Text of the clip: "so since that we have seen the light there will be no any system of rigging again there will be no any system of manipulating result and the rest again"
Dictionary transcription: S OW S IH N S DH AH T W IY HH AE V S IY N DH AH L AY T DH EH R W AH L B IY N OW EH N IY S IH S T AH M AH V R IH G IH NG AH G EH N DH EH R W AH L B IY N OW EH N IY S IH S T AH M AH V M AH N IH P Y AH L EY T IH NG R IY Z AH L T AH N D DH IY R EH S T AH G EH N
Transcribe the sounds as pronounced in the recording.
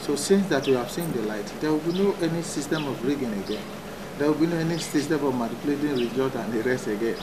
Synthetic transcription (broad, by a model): S OW S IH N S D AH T W IY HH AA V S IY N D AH L AY T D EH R W AH L B IY N OW EH N IY S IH S T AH M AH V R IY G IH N AH G EH N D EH W AH L B IY N OW EH N IY S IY S T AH M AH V M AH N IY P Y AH L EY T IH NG R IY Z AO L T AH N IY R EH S AH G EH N